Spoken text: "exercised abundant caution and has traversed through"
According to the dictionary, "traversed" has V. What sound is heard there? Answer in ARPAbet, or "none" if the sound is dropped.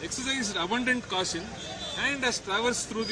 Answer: V